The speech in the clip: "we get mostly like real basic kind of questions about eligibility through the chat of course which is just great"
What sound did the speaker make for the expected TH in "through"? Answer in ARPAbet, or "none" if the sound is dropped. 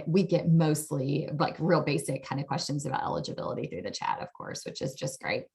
TH